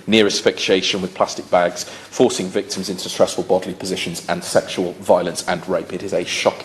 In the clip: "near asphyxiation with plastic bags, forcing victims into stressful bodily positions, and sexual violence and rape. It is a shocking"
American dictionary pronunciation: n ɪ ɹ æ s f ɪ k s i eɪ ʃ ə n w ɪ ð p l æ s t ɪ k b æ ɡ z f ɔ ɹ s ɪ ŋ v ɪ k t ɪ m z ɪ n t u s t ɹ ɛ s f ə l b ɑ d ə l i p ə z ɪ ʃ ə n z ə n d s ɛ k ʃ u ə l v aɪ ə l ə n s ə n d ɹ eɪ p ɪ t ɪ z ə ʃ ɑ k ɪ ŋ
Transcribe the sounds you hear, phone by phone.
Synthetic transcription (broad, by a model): n ɪ ɹ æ s f ɪ k ʃ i eɪ ʃ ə n w ɪ ð p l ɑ s t ɪ k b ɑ ɡ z f ɔ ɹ s ɪ ŋ v ɪ k t ɪ m z ɪ n t u s t ɹ ɛ s f ə l b ɑ d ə l i p ə z ɪ ʃ ə n z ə n s ɛ k ʃ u ə l v aɪ ə l ə n s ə n ɹ eɪ p ɪ t ɪ z ə ʃ ɑ k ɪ